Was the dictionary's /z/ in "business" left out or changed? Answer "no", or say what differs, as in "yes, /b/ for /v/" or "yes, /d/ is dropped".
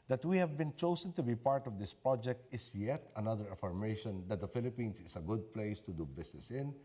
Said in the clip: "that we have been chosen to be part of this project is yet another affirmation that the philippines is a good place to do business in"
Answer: yes, /s/ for /z/